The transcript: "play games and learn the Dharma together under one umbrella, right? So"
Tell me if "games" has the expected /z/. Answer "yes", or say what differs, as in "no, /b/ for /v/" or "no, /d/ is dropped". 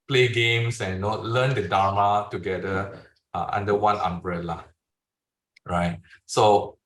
no, /s/ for /z/